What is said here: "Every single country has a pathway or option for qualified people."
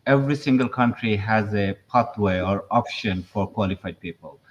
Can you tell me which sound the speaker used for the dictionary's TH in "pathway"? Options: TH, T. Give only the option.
T